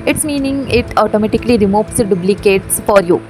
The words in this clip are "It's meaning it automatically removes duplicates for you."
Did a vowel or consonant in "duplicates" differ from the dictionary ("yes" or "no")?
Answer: yes